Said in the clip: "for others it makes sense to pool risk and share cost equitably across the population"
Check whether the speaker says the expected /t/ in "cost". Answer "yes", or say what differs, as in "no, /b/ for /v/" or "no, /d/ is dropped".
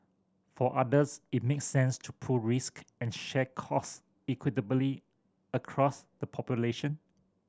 no, /t/ is dropped